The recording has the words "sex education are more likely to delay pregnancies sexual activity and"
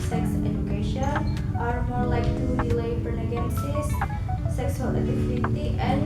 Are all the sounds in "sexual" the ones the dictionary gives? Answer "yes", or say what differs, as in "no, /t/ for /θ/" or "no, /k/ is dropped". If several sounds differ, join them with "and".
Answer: no, /s/ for /ʃ/